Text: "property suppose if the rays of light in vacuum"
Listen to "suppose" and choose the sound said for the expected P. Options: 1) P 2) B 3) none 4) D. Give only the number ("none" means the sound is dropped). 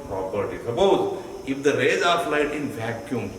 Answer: 2